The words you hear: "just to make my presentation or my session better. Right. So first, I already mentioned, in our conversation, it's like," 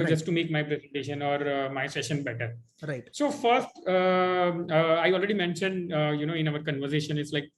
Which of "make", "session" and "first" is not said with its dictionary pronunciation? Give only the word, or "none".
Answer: none